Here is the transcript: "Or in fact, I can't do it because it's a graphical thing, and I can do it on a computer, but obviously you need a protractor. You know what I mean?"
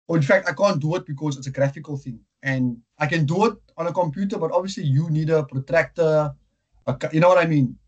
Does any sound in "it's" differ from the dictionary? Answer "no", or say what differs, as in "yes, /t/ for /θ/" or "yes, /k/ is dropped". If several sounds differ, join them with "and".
no